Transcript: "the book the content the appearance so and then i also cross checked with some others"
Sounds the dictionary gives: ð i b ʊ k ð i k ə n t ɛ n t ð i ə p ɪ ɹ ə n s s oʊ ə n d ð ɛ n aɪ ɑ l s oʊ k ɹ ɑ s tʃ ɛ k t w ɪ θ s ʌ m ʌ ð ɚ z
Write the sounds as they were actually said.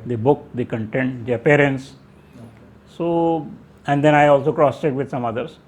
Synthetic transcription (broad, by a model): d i b ʊ k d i k ə n t ɛ n t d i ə p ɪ ɹ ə n s s oʊ ə n d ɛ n aɪ ɑ l s oʊ k ɹ ɑ s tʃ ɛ t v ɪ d s ʌ m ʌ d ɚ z